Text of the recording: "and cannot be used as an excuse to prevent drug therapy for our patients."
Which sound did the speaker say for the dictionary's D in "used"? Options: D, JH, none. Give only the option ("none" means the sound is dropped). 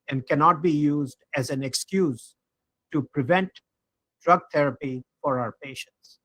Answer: D